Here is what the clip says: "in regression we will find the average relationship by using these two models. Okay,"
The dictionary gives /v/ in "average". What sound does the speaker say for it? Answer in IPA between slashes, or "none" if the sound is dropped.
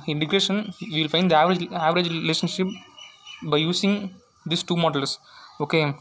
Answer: /v/